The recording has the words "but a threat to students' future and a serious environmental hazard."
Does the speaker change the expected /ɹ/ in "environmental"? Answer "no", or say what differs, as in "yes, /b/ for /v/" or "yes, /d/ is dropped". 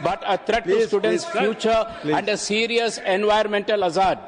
yes, /ɹ/ is dropped